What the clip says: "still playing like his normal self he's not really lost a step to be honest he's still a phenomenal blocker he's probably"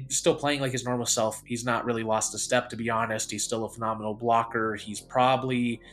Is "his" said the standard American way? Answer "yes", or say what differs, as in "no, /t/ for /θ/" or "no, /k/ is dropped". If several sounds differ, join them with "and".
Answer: yes